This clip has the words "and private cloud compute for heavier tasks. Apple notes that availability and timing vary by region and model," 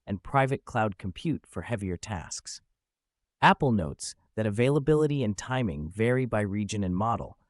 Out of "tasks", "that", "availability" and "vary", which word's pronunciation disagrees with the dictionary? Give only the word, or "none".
none